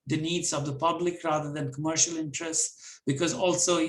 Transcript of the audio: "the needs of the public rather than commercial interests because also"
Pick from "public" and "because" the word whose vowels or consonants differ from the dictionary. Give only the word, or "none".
none